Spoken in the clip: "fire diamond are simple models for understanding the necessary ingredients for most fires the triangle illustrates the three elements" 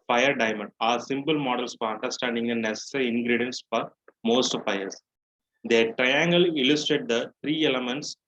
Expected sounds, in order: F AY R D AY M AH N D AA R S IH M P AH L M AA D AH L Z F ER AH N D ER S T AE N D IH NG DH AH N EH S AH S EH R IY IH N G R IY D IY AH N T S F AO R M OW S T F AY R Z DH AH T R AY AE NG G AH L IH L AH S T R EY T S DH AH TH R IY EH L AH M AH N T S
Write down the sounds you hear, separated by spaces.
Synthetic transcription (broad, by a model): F AY R D AY M AH N D AA R S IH M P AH L M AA D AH L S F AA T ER S T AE N D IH NG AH N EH S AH S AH R IY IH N G R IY D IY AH N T S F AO R M OW S T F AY R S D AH T R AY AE NG G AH L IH L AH S T EY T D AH T R IY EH L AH M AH N T S